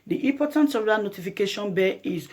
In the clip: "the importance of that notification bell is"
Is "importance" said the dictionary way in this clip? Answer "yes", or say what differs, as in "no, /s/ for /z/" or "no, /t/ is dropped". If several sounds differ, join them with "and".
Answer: no, /m/ is dropped